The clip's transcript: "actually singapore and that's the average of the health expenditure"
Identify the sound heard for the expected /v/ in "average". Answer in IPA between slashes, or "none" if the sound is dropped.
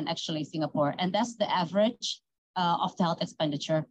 /v/